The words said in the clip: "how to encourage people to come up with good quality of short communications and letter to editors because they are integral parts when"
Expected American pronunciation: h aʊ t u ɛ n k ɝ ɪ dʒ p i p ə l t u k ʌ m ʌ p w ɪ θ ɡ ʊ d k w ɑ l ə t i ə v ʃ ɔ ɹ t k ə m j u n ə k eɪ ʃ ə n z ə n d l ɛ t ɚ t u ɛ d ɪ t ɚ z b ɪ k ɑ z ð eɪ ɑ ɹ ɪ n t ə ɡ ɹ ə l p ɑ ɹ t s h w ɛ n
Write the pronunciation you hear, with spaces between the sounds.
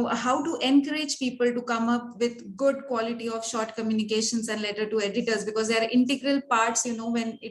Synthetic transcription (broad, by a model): h aʊ t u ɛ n k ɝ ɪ dʒ p i p ə l t u k ʌ m ʌ p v ɪ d ɡ ʊ d k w ɑ l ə t i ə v ʃ ɔ ɹ t k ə m j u n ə k eɪ ʃ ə n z ə n d l ɛ t ɚ t u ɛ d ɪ t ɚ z b ɪ k ɑ z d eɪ ɑ ɹ ɪ n t ə ɡ ɹ ə l p ɑ ɹ t s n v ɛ n